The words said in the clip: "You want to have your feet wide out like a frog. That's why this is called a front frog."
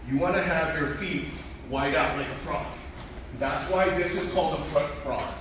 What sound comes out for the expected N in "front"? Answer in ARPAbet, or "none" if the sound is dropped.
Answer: none